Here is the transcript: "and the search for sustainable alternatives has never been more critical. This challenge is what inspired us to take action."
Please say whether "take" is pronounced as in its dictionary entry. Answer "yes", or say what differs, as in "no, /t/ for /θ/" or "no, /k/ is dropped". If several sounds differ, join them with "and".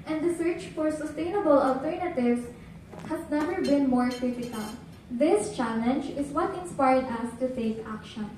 no, /s/ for /t/